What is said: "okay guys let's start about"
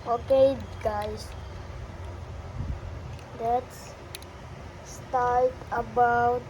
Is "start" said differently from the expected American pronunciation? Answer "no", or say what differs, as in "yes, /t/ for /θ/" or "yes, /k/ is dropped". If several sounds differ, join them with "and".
yes, /l/ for /ɹ/